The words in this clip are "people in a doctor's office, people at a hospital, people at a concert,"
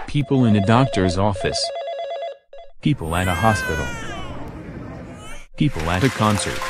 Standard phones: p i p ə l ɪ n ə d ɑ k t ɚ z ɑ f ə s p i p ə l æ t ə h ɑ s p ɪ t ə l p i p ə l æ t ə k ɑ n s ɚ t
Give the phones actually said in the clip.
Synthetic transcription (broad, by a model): p i p l ɪ n ə d ɑ k t ɚ z ɑ f ə s p i p l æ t ə h ɑ s p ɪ t l p i p l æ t ə k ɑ n s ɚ t